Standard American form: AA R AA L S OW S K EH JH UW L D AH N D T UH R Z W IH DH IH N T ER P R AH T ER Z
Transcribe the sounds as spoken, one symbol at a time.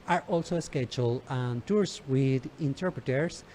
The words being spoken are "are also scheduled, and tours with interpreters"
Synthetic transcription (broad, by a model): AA R AA L S OW S K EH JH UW L AH N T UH R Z W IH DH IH N T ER P R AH T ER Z